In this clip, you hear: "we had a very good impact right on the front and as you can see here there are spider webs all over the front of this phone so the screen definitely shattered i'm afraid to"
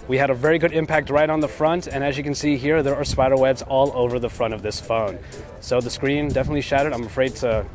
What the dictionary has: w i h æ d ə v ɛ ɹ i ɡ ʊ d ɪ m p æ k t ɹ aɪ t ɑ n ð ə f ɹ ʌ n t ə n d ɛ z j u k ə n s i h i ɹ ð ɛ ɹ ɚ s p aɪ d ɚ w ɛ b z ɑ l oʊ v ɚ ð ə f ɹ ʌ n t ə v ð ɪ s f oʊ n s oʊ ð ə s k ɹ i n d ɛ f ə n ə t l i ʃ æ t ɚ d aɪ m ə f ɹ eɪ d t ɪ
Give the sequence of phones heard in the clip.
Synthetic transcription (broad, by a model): w i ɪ d ə v ɛ ɹ i ɡ ʊ d ɪ m p æ k t ɹ aɪ t n ð ə f ɹ ʌ n t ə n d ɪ z j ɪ k n s i h i ɹ ð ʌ ɹ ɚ s p aɪ d ɚ w ɛ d z ɑ l oʊ v ɚ ð ə f ɹ ʌ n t ə v ð ɪ s f oʊ n s oʊ ð ə s k ɹ i n d ɛ f ə n ə t l i ʃ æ t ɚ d aɪ m ə f ɹ eɪ d t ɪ